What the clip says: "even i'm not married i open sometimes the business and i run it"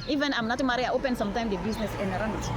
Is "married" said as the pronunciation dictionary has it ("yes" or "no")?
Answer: no